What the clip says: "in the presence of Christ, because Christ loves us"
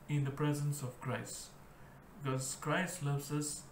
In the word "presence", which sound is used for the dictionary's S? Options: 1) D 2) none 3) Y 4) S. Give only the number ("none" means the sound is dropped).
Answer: 4